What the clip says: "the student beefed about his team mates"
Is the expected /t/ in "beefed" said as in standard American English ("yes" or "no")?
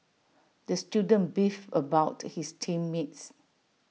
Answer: no